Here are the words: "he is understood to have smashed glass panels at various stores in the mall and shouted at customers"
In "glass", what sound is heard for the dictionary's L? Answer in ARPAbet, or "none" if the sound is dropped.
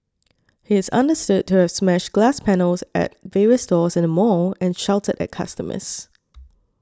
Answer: L